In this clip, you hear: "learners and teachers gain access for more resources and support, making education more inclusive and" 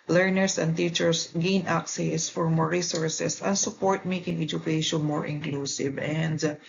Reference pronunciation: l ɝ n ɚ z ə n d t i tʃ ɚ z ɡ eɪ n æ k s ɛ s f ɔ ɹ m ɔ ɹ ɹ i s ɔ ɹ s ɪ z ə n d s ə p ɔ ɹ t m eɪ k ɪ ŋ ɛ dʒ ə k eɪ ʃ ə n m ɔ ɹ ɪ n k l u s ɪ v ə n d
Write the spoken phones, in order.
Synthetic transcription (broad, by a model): l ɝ n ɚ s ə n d t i tʃ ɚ s ɡ eɪ n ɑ k s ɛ s f ɔ ɹ m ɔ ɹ ɹ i s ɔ ɹ s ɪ s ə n s ə p ɔ ɹ t m eɪ k ɪ ŋ ɛ dʒ ə k eɪ ʃ ə n m ɔ ɹ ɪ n k l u s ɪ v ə n d